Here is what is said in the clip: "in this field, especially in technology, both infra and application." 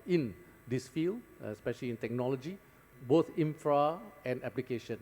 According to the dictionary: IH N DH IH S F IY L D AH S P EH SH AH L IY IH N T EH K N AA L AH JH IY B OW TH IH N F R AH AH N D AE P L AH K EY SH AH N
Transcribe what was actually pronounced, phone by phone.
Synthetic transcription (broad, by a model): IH N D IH S F IY L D AH S P EH SH AH L IY IH N T EH K N AA L AH JH IY B OW T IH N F R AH AH N D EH P L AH K EY SH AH N